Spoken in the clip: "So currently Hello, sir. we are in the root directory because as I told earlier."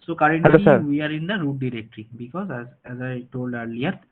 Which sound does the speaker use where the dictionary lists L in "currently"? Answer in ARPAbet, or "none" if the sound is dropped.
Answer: none